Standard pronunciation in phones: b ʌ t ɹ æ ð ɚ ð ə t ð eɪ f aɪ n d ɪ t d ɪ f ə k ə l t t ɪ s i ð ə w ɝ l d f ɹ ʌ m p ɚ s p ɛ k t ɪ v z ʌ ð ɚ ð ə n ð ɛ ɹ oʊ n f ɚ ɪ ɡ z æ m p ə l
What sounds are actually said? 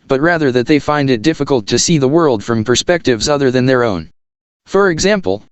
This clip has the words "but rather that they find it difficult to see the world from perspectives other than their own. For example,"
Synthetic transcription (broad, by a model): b ʌ t ɹ æ ð ɚ ð ə t ð eɪ f aɪ n d ɪ t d ɪ f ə k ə l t t ɪ s i ð ə w ɝ l d f ɹ ʌ m p ɚ s p ɛ k t ɪ v z ʌ ð ɚ ð ə n ð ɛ ɹ oʊ n f ɚ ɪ ɡ z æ m p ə l